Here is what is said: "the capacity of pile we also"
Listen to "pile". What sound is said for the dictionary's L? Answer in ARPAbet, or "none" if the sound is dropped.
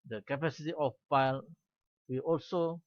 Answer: L